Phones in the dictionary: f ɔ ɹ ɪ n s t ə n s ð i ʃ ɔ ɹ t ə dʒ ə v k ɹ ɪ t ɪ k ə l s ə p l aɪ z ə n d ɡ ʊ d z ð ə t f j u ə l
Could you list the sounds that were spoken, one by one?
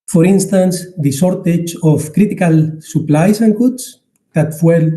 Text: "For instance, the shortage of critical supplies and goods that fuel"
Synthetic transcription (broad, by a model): f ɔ ɹ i n s t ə n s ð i s ɔ ɹ t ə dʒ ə f k ɹ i t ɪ k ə l s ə p l aɪ s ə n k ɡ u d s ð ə t f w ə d